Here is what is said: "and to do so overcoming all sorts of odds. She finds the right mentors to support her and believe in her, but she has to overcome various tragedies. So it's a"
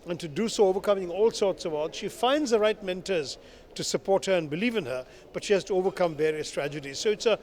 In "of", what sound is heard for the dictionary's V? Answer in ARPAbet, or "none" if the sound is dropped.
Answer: V